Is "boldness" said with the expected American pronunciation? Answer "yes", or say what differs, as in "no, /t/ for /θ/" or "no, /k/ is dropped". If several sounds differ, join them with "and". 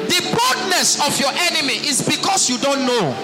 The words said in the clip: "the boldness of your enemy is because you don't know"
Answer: no, /l/ is dropped